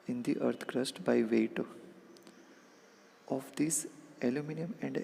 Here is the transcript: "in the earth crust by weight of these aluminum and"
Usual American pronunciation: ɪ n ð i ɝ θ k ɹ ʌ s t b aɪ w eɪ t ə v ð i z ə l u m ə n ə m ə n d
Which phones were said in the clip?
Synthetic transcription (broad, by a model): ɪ n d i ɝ t k ɹ ʌ s t b aɪ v eɪ t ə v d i s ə l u m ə n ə m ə n d